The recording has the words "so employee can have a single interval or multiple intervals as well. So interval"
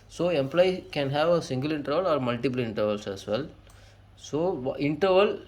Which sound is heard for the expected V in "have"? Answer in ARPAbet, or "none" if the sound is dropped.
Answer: V